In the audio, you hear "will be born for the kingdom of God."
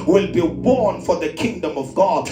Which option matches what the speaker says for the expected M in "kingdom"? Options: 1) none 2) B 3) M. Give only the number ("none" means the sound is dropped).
3